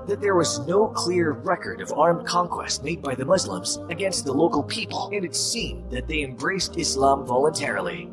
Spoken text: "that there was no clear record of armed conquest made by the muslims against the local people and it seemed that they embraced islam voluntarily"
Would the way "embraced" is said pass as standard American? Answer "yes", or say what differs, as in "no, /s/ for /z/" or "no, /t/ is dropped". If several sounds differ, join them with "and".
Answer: yes